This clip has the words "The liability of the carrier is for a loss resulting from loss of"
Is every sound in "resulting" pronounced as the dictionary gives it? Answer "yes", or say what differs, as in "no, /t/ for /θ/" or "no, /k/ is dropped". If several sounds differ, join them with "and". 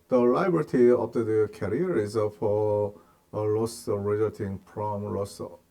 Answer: no, /l/ is dropped